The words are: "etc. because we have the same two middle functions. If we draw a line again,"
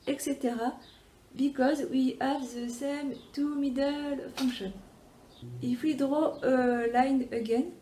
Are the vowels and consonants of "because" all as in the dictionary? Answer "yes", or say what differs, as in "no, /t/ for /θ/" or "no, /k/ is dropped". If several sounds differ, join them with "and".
yes